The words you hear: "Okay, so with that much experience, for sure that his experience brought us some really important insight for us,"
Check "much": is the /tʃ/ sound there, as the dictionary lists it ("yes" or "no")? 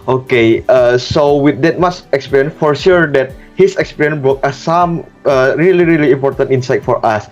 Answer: no